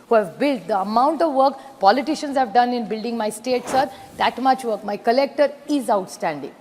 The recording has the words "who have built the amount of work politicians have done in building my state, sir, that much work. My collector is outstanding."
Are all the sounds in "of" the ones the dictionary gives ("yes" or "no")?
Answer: yes